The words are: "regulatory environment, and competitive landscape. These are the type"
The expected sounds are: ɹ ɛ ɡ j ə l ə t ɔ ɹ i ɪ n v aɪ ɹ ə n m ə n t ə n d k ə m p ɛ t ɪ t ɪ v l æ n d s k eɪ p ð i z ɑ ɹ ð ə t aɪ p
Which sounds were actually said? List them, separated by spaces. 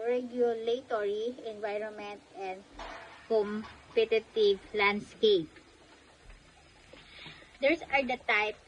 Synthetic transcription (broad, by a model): ɹ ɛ ɡ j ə l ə t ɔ ɹ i ɪ n v aɪ ɹ ə n m ə n t ə n d k ə m p ɛ t ɪ t ɪ v l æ n d s k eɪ p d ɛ s ɑ ɹ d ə t aɪ p